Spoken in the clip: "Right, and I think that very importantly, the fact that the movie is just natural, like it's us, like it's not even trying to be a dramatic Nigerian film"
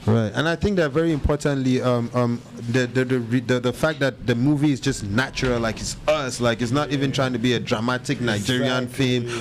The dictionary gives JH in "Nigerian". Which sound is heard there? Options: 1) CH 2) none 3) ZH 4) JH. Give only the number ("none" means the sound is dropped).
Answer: 4